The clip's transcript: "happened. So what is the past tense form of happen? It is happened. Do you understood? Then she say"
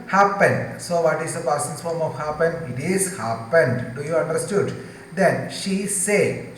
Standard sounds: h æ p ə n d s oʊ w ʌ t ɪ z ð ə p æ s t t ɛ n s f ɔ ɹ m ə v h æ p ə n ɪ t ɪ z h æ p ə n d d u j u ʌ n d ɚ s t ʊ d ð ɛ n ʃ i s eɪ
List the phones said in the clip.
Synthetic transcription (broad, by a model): h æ p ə n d s oʊ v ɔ t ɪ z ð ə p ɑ t s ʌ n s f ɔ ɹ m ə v h æ p ə n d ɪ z h æ p ə n d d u j u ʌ n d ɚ s t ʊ d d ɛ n ʃ i s eɪ